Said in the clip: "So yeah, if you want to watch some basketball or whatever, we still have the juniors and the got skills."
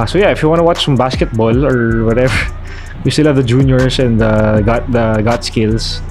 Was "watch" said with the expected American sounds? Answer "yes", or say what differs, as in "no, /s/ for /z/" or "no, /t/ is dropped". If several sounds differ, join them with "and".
yes